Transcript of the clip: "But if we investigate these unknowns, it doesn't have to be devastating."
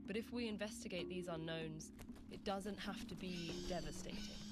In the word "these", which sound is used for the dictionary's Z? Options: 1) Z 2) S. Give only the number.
1